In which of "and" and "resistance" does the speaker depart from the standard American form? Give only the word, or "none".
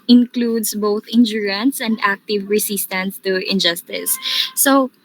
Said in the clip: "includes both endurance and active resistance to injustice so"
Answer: resistance